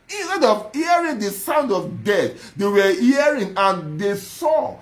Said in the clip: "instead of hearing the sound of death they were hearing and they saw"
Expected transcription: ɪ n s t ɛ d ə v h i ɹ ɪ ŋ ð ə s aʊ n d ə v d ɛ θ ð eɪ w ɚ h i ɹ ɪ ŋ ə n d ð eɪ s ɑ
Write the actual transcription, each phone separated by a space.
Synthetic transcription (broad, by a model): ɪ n s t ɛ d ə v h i ɹ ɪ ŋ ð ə s aʊ n d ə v d ɛ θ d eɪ w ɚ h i ɹ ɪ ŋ ə n d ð eɪ s ɑ